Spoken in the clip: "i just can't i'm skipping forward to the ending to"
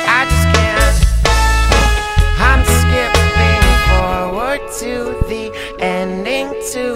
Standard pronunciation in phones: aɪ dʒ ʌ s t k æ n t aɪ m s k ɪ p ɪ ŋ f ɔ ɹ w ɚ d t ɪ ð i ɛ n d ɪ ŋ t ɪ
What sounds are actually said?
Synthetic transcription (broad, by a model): aɪ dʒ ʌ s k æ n aɪ m s k ɪ p ɪ ŋ f ɔ ɹ w ɚ d t ɪ ð i ɛ n d ɪ ŋ t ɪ